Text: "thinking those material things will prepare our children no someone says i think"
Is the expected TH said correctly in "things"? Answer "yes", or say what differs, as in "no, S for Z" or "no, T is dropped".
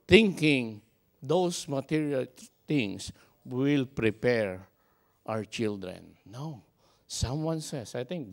no, T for TH